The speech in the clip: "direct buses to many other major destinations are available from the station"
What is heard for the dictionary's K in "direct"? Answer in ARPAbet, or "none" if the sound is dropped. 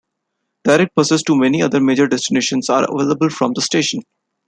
none